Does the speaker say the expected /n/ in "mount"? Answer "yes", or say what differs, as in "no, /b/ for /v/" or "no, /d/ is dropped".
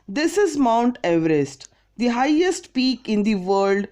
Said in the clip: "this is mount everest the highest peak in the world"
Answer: yes